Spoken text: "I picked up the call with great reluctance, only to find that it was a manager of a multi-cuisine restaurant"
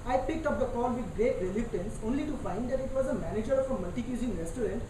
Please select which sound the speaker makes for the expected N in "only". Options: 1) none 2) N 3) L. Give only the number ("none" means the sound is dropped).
2